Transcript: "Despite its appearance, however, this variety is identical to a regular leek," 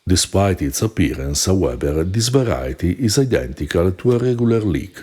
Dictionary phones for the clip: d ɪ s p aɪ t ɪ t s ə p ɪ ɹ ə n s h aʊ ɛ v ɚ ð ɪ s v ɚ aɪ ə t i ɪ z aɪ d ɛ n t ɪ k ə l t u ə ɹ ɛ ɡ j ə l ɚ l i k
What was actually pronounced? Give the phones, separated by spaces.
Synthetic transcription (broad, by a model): d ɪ s p aɪ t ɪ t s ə p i ɹ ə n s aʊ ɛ b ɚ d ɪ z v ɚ aɪ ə t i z aɪ d ɛ n t ɪ k ə l t u ə ɹ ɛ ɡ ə l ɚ l i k